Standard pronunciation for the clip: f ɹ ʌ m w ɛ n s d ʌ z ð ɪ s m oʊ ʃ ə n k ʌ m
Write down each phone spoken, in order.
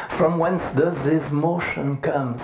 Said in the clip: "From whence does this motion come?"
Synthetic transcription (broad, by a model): f ɹ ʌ m w ɛ n s d ʌ z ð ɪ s m oʊ ʃ ə n k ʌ m